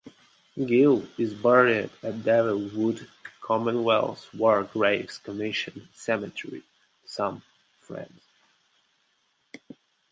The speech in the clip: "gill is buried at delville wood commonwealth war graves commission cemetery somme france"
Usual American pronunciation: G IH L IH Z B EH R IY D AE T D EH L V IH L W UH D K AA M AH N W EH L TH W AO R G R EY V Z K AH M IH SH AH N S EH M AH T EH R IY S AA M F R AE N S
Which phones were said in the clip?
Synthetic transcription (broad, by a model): G IH L IH Z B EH R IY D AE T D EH V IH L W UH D K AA M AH N W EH L S W AO R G R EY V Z K AH M IH SH AH N S EH M AH T EH R IY S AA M F R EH N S